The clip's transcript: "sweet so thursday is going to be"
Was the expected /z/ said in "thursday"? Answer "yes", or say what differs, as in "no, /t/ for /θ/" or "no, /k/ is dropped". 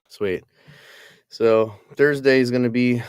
yes